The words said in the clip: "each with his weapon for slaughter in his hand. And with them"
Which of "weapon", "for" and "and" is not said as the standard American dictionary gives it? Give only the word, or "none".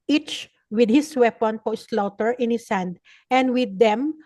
for